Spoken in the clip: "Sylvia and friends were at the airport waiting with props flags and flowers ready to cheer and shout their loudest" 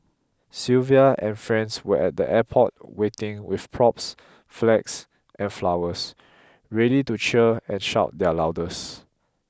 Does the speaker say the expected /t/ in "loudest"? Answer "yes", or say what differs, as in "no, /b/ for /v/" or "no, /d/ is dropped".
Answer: no, /t/ is dropped